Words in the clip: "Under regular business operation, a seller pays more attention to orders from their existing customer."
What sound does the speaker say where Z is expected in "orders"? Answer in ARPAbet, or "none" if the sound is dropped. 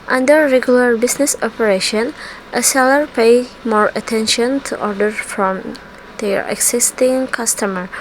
none